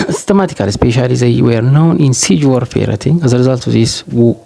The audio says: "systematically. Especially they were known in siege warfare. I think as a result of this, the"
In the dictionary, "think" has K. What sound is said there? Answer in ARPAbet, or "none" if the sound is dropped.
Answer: none